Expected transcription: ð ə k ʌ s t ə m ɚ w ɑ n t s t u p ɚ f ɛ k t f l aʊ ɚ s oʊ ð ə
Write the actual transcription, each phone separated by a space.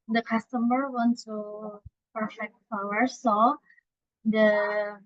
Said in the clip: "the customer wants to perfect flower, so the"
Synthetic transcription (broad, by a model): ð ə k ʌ s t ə m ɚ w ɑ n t t u p ɚ f ɛ k t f aʊ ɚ s oʊ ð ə